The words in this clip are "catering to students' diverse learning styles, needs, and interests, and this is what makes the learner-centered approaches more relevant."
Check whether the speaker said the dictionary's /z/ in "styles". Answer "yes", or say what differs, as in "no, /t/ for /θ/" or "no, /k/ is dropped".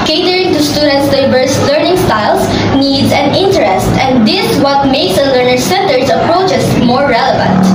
no, /s/ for /z/